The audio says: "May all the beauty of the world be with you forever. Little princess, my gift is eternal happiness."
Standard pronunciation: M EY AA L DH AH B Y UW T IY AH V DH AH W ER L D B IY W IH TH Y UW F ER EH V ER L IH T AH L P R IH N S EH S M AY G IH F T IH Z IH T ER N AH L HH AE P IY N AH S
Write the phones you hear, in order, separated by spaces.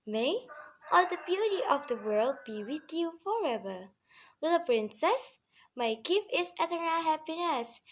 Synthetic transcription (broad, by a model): M EY AA L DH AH B Y UW T IY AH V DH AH W ER L D B IY W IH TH Y UW F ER EH V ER L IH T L P R IH N S EH S M AY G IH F IH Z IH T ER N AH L HH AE P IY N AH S